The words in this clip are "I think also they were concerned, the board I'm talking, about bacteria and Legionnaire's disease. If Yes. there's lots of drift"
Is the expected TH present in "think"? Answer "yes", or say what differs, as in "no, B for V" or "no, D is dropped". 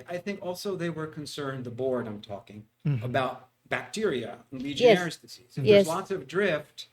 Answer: yes